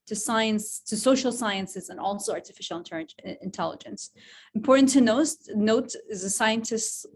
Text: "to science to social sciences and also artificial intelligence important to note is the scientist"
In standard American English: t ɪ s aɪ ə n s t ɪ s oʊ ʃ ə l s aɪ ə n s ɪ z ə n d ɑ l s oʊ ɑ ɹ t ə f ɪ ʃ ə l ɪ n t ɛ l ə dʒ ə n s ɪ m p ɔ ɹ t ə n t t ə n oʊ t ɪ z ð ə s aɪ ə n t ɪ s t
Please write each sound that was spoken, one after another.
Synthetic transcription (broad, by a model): t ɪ s aɪ ə n s t ɪ s oʊ ʃ l s aɪ ə n s ɪ z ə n ɑ l s oʊ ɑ ɹ t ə f ɪ ʃ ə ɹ ɪ n t ɛ l ə dʒ ə n s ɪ m p ɔ ɹ t n t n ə n oʊ t ɪ z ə s aɪ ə n t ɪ s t